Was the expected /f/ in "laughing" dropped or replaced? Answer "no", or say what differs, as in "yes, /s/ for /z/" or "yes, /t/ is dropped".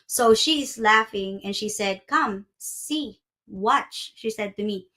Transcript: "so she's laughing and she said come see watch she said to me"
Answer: no